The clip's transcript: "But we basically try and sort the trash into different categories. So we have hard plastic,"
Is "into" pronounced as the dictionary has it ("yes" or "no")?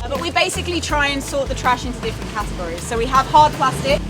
yes